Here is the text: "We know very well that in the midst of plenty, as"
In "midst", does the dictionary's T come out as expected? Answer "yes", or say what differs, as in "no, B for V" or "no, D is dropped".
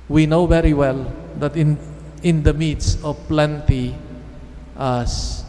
no, T is dropped